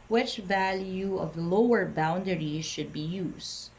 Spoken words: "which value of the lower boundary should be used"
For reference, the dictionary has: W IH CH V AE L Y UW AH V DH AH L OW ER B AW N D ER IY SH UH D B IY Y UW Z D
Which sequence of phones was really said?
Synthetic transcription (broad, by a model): W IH CH V AE L Y UW AH V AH L OW ER B AW N D ER IY SH UH D B IY Y UW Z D